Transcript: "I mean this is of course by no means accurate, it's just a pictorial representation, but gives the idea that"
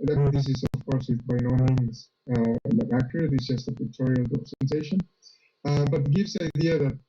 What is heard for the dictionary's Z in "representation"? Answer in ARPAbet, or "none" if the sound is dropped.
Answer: S